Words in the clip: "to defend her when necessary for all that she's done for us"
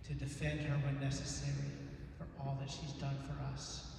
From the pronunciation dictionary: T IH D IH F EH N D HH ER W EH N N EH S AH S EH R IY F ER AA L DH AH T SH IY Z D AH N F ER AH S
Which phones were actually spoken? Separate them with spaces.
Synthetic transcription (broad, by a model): T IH D IH F EH N D HH ER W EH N N EH S AH S EH R IY F ER AA L DH AH T SH IY Z D AH N F ER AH S